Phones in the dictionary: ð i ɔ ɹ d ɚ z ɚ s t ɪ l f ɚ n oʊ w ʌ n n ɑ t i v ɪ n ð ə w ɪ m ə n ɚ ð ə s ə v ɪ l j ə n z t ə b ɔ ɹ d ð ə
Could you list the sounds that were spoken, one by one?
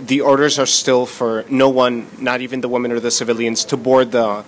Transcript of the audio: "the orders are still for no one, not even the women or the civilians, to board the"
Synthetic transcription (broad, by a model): ð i ɔ ɹ d ɚ z ɚ s t ɪ l f ɚ n oʊ w ʌ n n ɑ t i v ɪ n ð ə w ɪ m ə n ɚ ð ə s ə v ɪ l j ə n z t ə b ɔ ɹ d ð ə